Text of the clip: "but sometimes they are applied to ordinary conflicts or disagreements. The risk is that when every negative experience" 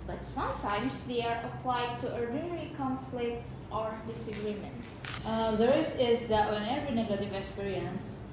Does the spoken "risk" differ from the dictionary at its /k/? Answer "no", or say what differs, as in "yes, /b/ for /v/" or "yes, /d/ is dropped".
yes, /k/ is dropped